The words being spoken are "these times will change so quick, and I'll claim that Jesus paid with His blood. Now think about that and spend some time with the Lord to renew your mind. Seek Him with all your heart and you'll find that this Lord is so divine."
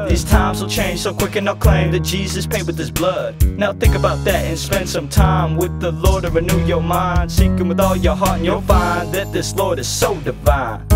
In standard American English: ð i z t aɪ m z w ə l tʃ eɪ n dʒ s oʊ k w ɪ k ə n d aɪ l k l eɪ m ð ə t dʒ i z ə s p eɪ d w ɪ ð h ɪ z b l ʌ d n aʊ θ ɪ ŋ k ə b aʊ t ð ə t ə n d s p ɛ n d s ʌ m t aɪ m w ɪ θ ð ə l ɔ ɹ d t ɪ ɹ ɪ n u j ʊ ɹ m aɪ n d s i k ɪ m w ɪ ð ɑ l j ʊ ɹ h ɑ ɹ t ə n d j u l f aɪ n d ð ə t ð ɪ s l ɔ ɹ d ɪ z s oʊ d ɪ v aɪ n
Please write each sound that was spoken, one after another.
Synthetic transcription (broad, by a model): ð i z t aɪ m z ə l tʃ eɪ n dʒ s oʊ k w ɪ k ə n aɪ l k l eɪ m ð ə t dʒ i z ə s p eɪ d w ɪ ð ɪ s b l ʌ d n aʊ θ ɪ ŋ k ə b aʊ t ð ə t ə n s p ɛ n d s ʌ m t aɪ m w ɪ ð ə l ɔ ɹ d t ɪ ɹ ɪ n u j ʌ ɹ m aɪ n d s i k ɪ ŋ w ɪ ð ɑ l j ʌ ɹ h ɑ ɹ t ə n j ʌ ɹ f aɪ n ð ə t ð ɪ s l ɔ ɹ d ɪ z s oʊ d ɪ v aɪ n